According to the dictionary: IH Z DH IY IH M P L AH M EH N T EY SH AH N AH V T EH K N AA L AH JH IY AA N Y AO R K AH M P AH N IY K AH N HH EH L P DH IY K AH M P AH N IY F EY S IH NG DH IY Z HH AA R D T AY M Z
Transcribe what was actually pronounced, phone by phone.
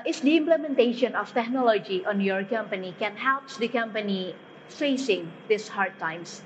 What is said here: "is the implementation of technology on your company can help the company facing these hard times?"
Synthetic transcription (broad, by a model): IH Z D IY IH M P L AH M EH N T EY SH AH N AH F T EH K N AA L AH JH IY AA N Y AO R K AH M P AH N IY K AH N HH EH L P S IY K AH M P AH N IY F EY S IH NG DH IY S HH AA R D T AY M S